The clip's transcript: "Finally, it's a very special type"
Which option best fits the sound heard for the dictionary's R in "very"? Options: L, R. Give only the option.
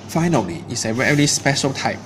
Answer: L